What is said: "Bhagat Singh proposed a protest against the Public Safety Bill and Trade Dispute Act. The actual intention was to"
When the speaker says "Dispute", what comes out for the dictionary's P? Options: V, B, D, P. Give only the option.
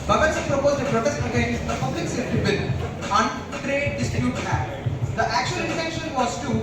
B